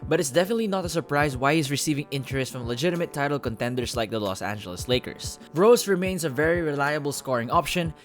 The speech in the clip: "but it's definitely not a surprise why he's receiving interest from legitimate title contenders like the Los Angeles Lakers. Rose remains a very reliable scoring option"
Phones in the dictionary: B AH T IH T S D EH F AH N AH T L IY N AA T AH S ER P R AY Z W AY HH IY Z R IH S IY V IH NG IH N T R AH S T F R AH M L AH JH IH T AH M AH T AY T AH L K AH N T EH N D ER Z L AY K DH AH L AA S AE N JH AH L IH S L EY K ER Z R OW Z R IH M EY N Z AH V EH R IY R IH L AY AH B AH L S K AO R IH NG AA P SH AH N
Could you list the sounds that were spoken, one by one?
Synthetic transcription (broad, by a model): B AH T IH T S D EH F AH N AH T L IY N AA T AH S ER P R AY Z W AY HH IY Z R IH S IY V IH NG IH N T R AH S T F R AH M L AH JH IH T AH M AH T AY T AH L K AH N T EH N D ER S L AY K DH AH L AA S AE N JH AH L IH S L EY K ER S R OW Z R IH M EY N S AH V EH R IY R IH L AY AH B AH L S K AO R IH NG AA P SH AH N